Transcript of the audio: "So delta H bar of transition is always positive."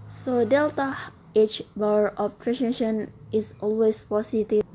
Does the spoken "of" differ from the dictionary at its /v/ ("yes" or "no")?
yes